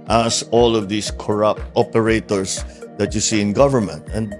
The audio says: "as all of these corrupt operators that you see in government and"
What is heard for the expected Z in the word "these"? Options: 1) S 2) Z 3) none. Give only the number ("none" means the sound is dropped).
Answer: 1